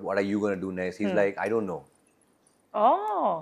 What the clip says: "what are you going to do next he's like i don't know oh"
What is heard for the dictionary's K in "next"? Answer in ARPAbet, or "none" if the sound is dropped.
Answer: none